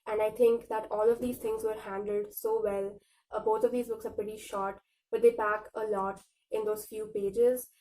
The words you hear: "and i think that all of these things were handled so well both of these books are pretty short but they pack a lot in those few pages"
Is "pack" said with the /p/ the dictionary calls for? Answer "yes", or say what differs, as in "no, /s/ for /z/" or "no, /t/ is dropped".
no, /b/ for /p/